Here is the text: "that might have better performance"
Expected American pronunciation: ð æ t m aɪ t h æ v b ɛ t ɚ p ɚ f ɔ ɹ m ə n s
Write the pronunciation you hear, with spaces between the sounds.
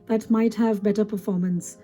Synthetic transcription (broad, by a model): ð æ t m aɪ t h æ v b ɛ t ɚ p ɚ f ɔ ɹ m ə n s